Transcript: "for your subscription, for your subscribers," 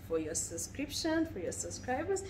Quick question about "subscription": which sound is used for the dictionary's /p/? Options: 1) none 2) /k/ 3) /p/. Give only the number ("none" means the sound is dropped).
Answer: 3